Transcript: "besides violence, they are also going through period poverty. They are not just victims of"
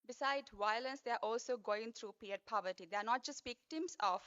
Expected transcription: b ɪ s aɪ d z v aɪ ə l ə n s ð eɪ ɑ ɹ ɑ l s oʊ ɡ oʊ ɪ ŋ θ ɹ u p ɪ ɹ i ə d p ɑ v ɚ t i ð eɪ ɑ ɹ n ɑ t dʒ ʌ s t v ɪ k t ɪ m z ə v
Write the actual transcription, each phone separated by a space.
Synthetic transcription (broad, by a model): b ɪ s aɪ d v aɪ ə l ə n s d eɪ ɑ ɹ ɑ l s oʊ ɡ oʊ ɪ ŋ t ɹ u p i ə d p ɑ v ɚ t i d eɪ ɑ ɹ n ɑ t dʒ ʌ s t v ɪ k t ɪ m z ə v